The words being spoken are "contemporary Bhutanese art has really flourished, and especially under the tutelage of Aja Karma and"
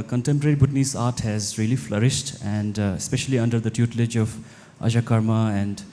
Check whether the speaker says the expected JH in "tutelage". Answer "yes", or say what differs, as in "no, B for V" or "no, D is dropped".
yes